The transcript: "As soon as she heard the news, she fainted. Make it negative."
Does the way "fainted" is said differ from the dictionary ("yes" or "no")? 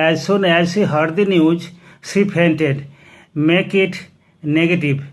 yes